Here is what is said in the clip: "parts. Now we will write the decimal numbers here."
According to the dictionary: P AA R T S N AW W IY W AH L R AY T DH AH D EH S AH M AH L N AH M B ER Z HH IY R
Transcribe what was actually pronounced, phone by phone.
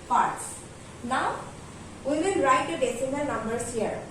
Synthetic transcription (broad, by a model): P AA R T S N AW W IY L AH N R AY T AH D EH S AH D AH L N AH M B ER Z HH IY R